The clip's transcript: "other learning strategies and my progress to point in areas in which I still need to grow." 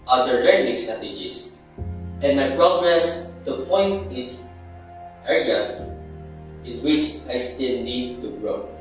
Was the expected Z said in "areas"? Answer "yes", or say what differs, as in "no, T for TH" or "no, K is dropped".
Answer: no, S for Z